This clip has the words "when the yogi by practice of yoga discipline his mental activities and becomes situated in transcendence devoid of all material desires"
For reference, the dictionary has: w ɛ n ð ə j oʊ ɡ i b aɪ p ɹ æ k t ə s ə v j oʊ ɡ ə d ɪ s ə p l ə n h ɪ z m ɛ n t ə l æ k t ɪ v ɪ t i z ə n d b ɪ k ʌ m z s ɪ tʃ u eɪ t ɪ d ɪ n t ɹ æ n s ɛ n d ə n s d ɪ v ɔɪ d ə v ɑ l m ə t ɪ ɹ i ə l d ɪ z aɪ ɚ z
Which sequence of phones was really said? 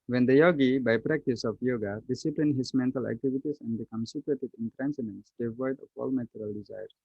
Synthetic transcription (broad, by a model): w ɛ n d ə j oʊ ɡ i b aɪ p ɹ æ k t ə s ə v j oʊ ɡ ə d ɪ s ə p l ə n h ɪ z m ɛ n t ə l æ k t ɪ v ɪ t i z ə n d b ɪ k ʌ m s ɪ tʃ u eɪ t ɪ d ɪ n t ɹ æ n s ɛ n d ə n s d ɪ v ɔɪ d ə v ɑ l m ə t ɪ ɹ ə l d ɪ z aɪ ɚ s